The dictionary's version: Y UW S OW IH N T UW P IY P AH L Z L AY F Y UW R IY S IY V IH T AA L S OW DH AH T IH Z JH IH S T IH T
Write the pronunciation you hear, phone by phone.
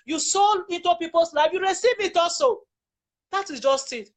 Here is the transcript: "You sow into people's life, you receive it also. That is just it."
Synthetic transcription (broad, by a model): Y UW S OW IH N T UW P IY P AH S L AY F Y UW R IY S IY V IH T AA S OW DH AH T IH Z JH IH S T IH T